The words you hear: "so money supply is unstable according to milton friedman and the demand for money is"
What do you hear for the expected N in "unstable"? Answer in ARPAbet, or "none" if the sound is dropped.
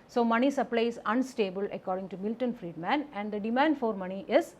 N